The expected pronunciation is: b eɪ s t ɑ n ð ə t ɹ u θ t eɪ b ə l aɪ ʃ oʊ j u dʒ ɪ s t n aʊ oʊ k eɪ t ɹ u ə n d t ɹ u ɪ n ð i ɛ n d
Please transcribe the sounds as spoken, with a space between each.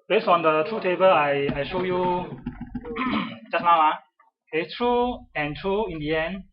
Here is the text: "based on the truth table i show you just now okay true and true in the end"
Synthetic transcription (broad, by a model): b eɪ s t ɑ n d ə t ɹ u t eɪ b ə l aɪ ʃ oʊ j u dʒ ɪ s n aʊ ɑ eɪ t ɹ u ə n t ɹ u ɪ n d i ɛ n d